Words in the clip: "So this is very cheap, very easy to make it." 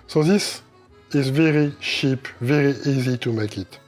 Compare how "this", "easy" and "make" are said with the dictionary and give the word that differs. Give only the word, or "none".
none